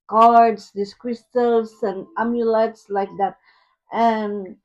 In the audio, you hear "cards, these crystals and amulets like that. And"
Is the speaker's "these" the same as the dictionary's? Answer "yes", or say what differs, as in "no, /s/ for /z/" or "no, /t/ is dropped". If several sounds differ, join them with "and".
no, /s/ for /z/